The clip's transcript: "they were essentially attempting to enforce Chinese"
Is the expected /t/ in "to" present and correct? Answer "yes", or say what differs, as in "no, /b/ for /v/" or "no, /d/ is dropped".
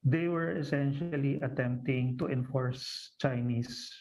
yes